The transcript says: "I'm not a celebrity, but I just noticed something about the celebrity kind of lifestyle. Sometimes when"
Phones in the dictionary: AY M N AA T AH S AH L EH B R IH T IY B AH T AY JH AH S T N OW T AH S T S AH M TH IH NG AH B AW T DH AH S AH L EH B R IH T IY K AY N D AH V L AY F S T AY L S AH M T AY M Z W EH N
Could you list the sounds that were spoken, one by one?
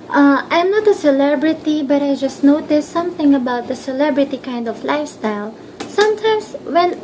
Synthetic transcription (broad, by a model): AY M N AA T AH S AH L EH B R IH T IY B AH T AY JH AH S T N OW T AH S S AH M TH IH NG AH B AW T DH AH S AH L EH B R IH T IY K AY N D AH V L AY F S T AY L S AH M T AY M S W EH N